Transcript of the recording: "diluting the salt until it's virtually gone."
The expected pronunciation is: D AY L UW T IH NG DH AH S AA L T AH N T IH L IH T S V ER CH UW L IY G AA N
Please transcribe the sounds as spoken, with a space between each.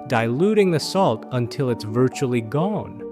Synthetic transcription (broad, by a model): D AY L UW T IH NG DH AH S AA L T AH N T IH L IH T S V ER CH UW L IY G AA N